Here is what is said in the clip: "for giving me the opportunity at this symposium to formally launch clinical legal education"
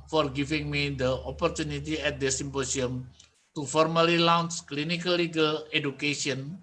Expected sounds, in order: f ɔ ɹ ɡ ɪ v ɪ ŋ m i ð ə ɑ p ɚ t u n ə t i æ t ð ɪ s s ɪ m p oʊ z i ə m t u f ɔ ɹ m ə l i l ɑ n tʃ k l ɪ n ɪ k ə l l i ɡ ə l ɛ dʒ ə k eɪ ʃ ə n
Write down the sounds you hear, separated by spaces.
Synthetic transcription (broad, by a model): f ɔ ɹ ɡ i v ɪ ŋ m i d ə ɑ p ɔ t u n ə t i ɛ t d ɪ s s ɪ m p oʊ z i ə m t u f ɔ ɹ m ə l i l ɑ n s k l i n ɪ k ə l l i ɡ ə l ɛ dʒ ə k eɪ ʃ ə n